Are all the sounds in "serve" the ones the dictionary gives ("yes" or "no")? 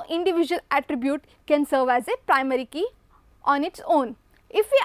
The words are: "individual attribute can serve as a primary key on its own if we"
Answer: yes